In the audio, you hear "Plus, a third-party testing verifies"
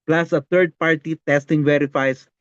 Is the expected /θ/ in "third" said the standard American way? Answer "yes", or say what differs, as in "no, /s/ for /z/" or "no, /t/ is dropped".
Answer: no, /t/ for /θ/